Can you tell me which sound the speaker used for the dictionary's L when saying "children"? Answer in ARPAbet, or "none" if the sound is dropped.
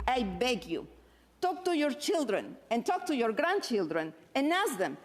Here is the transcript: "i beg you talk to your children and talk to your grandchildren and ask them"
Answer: L